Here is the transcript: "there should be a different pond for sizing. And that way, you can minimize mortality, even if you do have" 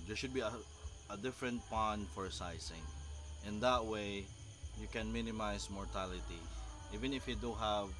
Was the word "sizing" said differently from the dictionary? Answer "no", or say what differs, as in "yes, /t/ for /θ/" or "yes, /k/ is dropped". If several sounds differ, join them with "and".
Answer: yes, /s/ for /z/